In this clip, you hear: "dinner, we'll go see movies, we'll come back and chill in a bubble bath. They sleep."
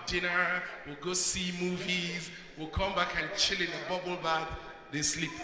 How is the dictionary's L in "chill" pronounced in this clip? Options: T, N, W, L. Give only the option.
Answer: L